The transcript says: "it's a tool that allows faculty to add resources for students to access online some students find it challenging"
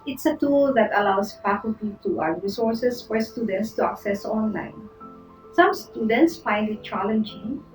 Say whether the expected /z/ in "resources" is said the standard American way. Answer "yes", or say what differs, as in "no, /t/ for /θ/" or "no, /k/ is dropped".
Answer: no, /s/ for /z/